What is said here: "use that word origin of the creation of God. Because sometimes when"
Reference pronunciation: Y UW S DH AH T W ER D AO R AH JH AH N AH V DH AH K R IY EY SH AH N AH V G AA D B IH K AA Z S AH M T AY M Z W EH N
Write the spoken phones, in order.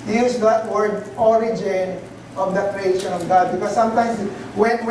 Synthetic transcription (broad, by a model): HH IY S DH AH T W ER D AO R AH JH AH N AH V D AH K R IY EY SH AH N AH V G AA D B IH K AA S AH M T AY M S W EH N